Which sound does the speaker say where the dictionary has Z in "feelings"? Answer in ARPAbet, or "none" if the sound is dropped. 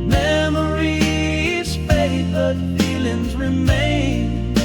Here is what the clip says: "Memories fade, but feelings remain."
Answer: Z